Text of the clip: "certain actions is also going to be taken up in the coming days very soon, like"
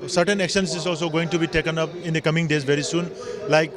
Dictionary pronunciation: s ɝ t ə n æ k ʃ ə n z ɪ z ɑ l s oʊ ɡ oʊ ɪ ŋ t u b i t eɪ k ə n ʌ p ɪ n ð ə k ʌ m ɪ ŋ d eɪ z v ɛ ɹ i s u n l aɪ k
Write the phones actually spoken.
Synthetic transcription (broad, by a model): s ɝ t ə n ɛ k s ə n s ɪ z ɑ l s oʊ ɡ oʊ ɪ ŋ t u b i t eɪ k ə n ʌ p ɪ n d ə k ʌ m ɪ ŋ d eɪ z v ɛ ɹ i s u n l aɪ k